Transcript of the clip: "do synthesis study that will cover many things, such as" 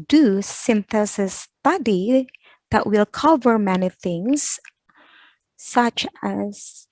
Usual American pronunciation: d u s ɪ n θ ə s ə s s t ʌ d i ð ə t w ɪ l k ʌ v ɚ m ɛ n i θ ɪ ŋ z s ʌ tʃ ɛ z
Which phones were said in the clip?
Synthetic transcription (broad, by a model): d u s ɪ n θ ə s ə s s t ʌ d i ð ə t w ɪ l k ʌ v ɚ m ɛ n i θ ɪ ŋ z s ʌ tʃ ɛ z